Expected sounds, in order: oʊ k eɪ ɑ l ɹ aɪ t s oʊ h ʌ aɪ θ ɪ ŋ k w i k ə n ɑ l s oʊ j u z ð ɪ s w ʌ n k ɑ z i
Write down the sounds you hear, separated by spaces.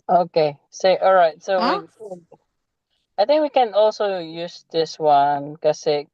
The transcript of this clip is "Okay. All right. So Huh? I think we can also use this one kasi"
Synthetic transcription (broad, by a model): oʊ k eɪ ɑ l ɹ aɪ t s oʊ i aɪ θ ɪ ŋ k w i k ə n ɑ l s oʊ j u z ð ɪ s w ʌ n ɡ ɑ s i